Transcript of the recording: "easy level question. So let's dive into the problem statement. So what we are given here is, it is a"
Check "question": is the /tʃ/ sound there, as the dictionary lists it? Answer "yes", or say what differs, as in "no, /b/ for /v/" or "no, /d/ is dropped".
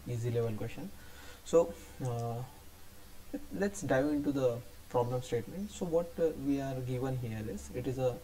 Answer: no, /ʃ/ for /tʃ/